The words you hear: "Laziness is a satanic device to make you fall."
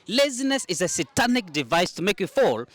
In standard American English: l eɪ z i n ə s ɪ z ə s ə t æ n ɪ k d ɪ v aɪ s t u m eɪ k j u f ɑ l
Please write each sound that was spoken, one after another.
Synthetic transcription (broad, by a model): l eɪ z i n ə s ɪ z ə s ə t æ n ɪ k d ɪ v aɪ s t u m eɪ k j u f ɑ l